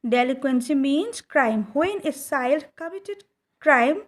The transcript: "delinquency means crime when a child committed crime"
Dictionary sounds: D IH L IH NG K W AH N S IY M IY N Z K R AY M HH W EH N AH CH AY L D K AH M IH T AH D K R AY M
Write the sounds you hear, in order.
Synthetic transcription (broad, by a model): D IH L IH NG K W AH N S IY M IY N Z K R AY M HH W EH N AH S AY L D K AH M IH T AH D K R AY M